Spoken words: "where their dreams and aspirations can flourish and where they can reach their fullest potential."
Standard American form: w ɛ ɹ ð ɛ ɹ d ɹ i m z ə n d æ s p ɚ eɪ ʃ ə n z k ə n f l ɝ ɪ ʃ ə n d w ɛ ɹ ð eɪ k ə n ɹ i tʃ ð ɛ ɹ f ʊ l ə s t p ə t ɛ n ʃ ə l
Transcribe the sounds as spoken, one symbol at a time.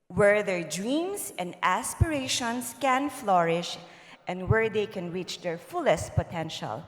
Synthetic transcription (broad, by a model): w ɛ ɹ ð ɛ ɹ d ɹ i m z ə n d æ s p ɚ eɪ ʃ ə n s k ə n f l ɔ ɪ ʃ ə n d w ɛ ɹ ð eɪ k ə n ɹ i tʃ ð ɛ ɹ f ʊ l ə s t p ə t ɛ n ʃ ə l